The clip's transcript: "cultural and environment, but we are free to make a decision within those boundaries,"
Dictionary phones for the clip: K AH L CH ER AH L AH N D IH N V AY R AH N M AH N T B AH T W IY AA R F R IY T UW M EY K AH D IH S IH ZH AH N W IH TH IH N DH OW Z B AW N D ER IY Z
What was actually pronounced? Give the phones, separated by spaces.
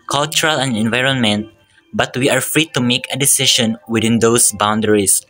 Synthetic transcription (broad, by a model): K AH L CH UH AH L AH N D IH N V AY R AH N M AH N T B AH T W IY AA R F R IY T UW M EY K AH D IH S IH SH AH N W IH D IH N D OW S B AW N D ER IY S